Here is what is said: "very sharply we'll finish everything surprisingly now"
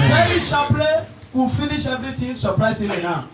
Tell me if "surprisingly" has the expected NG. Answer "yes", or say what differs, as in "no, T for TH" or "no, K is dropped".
no, NG is dropped